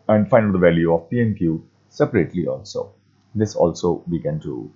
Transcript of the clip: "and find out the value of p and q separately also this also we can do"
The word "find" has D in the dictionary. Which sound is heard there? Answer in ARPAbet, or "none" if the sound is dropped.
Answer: none